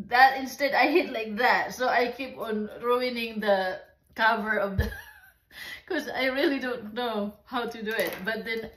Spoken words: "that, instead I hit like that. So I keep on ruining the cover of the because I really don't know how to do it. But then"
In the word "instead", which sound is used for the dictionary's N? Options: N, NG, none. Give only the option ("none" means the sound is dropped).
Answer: N